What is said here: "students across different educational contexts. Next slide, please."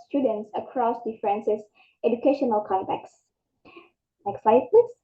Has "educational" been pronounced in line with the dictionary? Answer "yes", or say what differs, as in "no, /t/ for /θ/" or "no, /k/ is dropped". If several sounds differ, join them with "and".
yes